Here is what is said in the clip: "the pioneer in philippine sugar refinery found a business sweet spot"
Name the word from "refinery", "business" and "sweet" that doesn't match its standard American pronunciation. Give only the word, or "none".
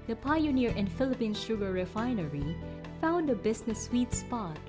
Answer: business